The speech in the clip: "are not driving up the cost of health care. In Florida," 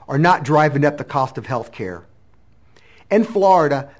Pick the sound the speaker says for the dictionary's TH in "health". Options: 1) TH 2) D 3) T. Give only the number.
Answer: 1